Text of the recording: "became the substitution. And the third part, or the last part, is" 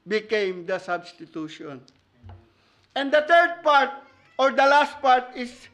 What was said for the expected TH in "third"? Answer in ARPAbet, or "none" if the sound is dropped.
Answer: T